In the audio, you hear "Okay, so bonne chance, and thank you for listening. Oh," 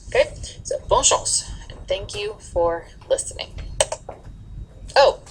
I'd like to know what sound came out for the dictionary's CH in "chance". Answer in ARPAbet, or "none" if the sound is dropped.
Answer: SH